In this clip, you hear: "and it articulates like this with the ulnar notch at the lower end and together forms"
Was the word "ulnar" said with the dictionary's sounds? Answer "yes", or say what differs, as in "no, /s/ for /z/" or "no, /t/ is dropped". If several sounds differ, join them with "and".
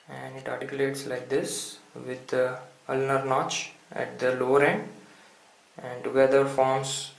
yes